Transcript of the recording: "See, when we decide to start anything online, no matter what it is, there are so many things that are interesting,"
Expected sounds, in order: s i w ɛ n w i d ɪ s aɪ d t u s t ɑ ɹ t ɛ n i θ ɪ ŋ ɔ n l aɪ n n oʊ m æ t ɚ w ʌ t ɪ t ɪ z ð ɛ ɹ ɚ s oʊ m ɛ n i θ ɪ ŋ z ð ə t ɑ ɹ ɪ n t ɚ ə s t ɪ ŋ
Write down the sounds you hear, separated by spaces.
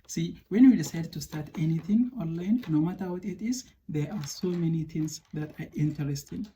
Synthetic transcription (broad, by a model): s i w ɛ n w i d ɪ s aɪ d t u s t ɑ ɹ t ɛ n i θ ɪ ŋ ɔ n l aɪ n n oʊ m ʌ t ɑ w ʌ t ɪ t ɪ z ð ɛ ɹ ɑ s oʊ m ɛ n i t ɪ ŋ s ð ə t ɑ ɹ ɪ n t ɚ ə s t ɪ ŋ